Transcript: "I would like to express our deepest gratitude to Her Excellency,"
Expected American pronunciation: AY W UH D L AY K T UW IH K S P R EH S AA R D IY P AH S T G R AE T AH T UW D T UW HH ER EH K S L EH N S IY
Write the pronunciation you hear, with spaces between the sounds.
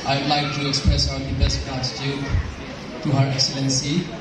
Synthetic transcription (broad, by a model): AY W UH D L AY K T UW IH K S P R EH S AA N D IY B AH S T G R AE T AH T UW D T UW HH ER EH K S L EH N S IY